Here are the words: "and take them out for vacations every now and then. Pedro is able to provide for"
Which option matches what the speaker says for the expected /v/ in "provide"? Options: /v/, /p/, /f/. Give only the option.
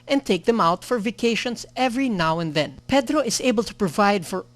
/v/